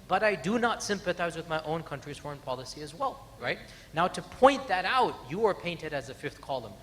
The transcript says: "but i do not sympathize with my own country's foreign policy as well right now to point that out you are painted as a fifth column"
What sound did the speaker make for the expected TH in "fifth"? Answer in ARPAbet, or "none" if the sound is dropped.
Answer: TH